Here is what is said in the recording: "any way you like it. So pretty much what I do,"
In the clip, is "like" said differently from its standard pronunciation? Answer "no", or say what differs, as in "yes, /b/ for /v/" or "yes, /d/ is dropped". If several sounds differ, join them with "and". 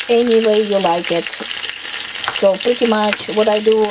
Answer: no